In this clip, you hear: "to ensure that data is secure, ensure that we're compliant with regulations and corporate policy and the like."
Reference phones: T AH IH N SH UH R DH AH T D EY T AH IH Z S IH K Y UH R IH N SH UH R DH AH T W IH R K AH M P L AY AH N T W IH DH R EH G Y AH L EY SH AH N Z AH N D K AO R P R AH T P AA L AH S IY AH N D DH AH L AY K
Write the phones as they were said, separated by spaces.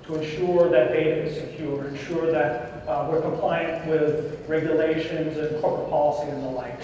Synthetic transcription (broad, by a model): T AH IH N SH UH R DH AH T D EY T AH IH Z S IH K Y UH R IH N SH UH R DH AH T W IH R K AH M P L AY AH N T W IH DH R EH G Y AH L EY SH AH N Z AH N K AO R P R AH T P AA L AH S IY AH N DH AH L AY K